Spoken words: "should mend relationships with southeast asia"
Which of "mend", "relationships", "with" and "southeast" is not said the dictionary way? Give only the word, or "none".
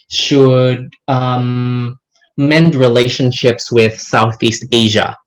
none